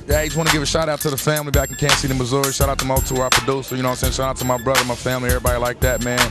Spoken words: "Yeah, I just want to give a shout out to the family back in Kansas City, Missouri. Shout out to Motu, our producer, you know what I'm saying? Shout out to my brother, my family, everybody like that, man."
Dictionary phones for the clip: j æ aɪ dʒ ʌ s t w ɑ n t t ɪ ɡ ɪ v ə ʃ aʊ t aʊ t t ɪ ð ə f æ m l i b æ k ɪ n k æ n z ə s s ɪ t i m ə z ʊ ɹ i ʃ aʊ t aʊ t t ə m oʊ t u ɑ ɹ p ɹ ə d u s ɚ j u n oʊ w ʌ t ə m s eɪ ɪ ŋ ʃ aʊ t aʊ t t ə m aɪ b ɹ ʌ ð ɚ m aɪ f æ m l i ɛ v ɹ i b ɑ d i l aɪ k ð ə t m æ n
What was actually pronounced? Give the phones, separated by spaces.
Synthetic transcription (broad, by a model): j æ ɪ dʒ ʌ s w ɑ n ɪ ɡ ɪ v ə ʃ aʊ t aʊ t t ɪ ð ə f æ m l i b æ k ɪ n k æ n s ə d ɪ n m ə z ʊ ɹ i ʃ aʊ t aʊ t t ə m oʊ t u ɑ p ə d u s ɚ j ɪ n oʊ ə s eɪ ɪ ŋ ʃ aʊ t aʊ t t ə m aɪ b ɹ ʌ ð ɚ m aɪ f æ m l i ɛ v ɹ i b ɑ d i l aɪ k ð ə t m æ n